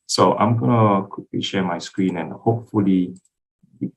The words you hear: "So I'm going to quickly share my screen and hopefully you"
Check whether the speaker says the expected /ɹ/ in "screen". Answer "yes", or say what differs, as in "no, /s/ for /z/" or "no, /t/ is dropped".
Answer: yes